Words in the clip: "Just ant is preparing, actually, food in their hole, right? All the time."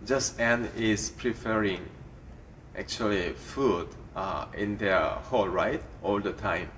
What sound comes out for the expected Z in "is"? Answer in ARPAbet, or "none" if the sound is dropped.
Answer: S